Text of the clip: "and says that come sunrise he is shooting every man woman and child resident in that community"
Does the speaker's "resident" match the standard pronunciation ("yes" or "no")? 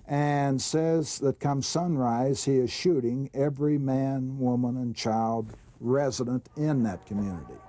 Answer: yes